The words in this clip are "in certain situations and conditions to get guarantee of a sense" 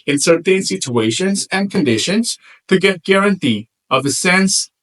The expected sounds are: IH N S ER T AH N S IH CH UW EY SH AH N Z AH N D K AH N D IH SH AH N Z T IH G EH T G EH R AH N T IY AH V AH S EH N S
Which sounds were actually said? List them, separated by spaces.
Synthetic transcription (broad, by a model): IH N S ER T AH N S IH CH UW EY SH AH N Z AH N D K AH N D IH SH AH N Z T IH G EH T G EH R AH N T IY AH V AH S EH N S